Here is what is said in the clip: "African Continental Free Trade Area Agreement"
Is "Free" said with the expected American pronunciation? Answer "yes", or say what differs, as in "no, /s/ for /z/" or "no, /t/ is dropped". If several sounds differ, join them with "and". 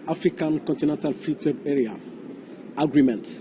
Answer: no, /ɹ/ is dropped